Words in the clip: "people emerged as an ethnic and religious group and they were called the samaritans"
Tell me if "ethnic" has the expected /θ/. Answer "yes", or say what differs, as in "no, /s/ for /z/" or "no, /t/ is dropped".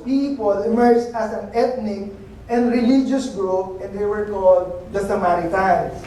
no, /t/ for /θ/